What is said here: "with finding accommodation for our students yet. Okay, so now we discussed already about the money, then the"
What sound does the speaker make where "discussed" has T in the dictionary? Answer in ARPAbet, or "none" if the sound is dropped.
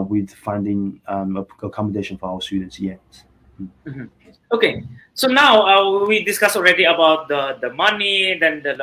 none